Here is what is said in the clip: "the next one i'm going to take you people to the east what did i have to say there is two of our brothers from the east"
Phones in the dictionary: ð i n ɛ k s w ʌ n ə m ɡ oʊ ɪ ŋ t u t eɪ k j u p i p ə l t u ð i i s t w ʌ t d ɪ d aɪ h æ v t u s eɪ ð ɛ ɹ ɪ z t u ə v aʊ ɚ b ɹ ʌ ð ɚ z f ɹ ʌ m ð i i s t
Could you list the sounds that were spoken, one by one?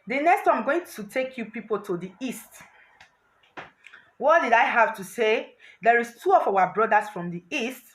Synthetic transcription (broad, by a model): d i n ɛ k s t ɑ ə m ɡ oʊ ɪ ŋ t u t eɪ k j u p i p ə l t u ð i i s t w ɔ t d ɪ d aɪ h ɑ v t u s eɪ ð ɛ ɹ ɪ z t u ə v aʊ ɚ b ɹ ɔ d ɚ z f ɹ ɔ m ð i i s t